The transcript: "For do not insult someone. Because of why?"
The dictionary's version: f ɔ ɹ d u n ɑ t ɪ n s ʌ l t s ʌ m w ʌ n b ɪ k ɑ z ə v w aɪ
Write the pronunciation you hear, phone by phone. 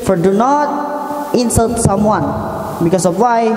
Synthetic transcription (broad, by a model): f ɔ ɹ d u n ɑ t ɪ n s ʌ l t s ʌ m w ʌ n b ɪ k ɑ s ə f w aɪ